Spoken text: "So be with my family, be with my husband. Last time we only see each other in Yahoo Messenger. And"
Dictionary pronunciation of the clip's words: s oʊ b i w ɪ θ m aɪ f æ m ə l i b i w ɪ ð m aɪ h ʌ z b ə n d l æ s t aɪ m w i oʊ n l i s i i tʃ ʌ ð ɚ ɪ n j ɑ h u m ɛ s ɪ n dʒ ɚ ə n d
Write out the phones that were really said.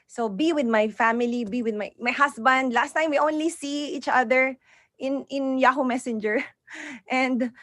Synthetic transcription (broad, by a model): s oʊ b i w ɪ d m aɪ f æ m ə l i b i w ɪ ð m aɪ h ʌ s b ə n d l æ s t aɪ m w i oʊ n l i s i i tʃ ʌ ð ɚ ɪ n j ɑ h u m ɛ s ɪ n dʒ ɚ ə n d